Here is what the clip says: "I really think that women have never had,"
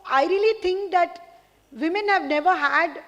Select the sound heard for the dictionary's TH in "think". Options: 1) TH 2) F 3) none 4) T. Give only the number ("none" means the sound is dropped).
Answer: 4